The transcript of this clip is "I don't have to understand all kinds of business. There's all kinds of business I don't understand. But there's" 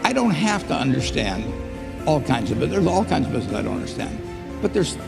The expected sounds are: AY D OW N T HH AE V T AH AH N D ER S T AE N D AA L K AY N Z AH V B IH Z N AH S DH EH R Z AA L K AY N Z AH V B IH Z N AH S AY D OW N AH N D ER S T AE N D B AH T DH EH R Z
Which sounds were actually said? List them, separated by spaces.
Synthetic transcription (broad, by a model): AY D OW N T HH AE F T AH AH N D ER S T AE N D AA L K AY N Z AH V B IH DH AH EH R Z AA L K AY N Z AH V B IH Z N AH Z AY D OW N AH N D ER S T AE N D B AH T DH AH R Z